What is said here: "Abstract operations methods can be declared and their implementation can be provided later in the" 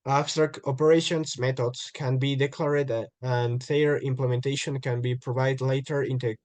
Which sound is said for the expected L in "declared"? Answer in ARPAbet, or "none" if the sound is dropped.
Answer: L